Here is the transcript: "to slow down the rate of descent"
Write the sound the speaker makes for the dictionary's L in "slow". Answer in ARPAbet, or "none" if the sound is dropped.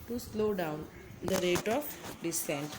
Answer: L